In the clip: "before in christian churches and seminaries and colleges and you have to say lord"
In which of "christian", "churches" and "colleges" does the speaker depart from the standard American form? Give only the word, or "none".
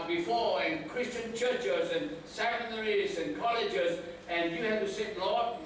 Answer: none